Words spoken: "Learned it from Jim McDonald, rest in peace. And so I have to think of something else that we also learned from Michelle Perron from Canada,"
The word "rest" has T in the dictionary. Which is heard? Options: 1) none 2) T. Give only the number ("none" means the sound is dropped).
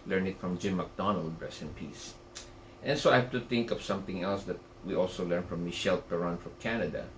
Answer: 1